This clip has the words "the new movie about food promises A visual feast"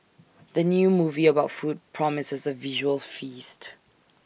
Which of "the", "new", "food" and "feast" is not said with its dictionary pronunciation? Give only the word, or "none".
none